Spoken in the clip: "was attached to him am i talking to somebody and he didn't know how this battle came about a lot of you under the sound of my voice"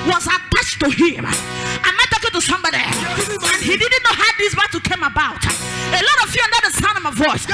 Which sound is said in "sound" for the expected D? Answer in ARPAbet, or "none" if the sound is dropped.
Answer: none